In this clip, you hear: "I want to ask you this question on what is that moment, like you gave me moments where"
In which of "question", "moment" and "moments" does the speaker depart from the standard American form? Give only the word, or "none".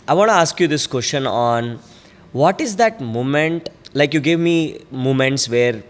none